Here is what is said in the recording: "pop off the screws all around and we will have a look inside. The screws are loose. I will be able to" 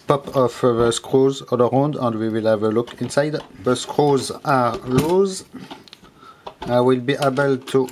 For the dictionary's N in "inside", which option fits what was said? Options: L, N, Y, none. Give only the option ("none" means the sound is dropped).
N